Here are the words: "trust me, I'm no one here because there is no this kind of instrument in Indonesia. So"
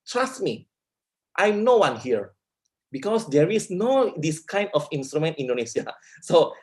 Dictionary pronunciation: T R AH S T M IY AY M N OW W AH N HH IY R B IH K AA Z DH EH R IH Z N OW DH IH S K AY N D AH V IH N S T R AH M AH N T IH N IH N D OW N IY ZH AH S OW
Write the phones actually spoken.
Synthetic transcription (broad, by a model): T R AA S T M IY AY M N OW W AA N HH IY R B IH K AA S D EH R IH S N OW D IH S K AY N D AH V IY N S T R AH M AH N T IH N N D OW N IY S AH S OW